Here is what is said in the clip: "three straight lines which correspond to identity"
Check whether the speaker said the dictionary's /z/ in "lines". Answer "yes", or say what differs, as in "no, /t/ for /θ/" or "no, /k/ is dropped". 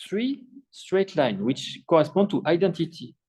no, /z/ is dropped